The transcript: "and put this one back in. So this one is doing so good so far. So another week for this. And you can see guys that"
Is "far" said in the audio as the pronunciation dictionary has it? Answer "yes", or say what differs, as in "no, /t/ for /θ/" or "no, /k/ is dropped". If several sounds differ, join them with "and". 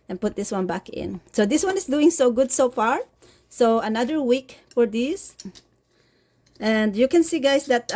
yes